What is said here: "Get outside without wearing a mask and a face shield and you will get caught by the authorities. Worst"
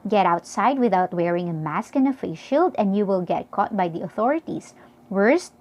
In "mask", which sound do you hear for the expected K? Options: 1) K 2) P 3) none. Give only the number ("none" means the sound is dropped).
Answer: 1